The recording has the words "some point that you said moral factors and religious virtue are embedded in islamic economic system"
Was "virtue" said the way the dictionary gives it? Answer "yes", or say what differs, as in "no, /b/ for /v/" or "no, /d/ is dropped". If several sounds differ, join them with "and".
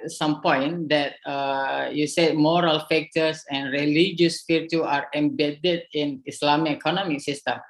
no, /f/ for /v/